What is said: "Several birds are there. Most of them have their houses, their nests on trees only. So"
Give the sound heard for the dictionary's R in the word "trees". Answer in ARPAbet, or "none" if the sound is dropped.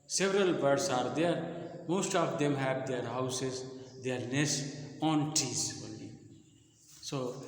none